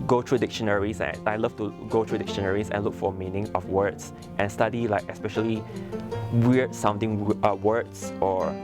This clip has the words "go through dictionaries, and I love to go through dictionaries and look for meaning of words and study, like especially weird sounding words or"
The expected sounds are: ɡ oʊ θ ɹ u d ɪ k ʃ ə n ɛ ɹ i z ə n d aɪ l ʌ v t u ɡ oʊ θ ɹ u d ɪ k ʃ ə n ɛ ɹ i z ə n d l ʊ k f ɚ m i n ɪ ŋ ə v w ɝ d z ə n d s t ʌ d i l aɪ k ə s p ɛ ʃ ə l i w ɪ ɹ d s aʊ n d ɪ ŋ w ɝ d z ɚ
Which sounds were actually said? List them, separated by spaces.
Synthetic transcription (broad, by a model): ɡ oʊ t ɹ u d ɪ k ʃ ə n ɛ ɹ i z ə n aɪ l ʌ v t u ɡ oʊ t ɹ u d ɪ k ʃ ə n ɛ ɹ i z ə n l ʊ k f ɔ m i n ɪ ŋ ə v w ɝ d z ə n s t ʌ d i l aɪ k ə s p ɛ ʃ ə l i w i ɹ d s aʊ n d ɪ ŋ w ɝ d s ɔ